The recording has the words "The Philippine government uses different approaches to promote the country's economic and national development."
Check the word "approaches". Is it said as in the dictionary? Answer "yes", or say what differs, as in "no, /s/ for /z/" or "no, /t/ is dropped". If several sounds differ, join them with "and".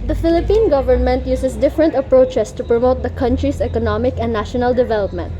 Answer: no, /s/ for /z/